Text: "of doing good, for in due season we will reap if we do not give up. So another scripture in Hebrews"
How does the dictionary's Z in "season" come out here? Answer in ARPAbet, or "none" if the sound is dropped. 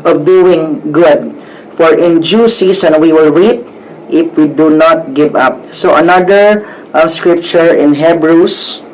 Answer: S